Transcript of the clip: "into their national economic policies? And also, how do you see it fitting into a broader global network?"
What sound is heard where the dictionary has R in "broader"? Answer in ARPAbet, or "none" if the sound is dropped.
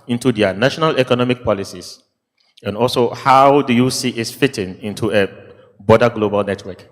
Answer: none